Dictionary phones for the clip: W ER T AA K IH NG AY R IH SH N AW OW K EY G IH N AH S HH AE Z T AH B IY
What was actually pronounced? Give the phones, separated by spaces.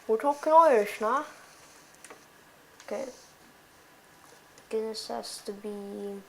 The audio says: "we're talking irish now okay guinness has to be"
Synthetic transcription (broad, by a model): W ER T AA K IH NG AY IH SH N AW OW K EY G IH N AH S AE S T AH B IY